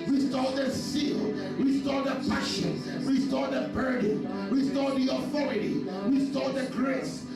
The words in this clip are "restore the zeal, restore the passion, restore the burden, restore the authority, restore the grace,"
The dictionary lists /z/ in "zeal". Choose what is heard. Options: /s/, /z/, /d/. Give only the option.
/s/